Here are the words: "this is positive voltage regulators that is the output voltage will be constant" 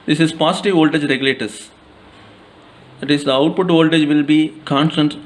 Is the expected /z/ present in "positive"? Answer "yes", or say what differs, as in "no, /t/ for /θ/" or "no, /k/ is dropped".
no, /s/ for /z/